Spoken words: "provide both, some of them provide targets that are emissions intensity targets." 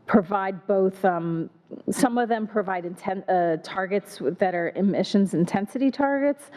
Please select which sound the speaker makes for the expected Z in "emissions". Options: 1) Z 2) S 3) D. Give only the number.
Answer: 1